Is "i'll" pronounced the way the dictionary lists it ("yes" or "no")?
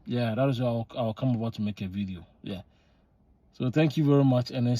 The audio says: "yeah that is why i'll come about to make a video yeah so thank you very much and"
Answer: no